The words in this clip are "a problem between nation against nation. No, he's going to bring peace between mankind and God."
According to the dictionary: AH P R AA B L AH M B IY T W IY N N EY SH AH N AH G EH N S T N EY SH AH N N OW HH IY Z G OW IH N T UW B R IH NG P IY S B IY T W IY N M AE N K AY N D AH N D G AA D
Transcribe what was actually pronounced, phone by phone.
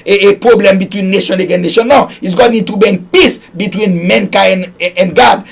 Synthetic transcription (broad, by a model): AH P R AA B L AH M B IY T W IY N N EY SH AH N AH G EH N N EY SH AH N N OW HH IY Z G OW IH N T UW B EH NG P IY S B IY T W IY N M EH N K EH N AH N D G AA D